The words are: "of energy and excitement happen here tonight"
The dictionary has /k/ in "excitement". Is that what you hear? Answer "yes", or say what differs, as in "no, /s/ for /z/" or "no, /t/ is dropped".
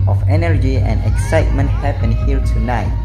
yes